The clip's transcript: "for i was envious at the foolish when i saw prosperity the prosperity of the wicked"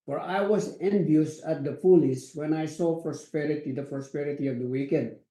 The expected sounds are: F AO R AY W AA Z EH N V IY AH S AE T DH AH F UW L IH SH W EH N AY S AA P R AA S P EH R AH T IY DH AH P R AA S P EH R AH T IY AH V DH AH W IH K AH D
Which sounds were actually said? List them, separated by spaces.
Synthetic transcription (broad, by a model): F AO R AY W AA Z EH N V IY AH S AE T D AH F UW L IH S W EH N AY S AA P R AA S P EH R AH T IY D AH P R AA S P EH R AH T IY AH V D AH W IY K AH D